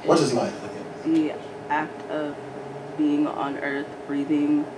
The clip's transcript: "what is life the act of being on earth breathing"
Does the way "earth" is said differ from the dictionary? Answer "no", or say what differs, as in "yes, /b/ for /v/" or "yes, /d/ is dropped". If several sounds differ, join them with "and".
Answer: no